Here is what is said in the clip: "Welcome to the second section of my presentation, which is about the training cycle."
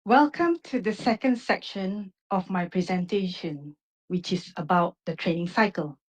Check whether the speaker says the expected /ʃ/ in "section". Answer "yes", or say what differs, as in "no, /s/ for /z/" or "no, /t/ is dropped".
yes